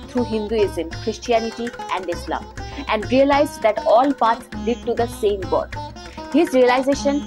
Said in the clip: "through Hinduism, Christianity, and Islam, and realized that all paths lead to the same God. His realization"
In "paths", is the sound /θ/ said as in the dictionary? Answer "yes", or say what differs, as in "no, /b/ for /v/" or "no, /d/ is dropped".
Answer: no, /t/ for /θ/